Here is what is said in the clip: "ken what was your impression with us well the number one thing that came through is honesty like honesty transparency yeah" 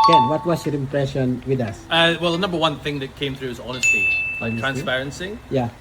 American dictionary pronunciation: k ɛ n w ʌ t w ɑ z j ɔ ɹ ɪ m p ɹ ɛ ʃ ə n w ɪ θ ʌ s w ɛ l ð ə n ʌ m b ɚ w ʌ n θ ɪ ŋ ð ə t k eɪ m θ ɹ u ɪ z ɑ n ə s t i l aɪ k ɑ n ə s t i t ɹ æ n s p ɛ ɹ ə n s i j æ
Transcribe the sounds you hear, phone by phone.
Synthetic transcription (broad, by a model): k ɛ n w ʌ t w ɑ s j ɔ ɹ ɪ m p ɹ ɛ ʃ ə n w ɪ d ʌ s w ɛ l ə n ʌ m b ɚ w ʌ n θ ɪ ŋ ð ə t k eɪ m θ ɹ u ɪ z ɑ n ə s t i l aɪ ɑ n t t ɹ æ n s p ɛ ɹ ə n s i j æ